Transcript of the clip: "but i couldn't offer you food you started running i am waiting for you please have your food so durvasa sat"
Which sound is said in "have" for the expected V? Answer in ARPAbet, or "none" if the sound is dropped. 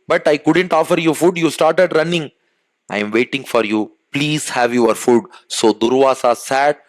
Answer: V